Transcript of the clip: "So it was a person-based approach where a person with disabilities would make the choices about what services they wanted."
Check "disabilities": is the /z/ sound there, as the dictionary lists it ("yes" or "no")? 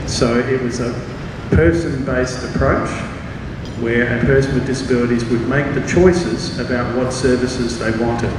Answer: yes